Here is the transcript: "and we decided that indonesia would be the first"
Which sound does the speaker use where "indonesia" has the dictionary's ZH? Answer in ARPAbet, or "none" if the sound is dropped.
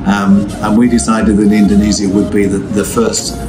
Z